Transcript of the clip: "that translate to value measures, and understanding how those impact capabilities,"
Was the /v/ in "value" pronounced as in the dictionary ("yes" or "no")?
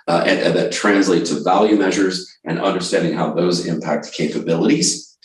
yes